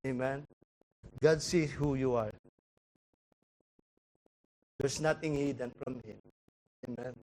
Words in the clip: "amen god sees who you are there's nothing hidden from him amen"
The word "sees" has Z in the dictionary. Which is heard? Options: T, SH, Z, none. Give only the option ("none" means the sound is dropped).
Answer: none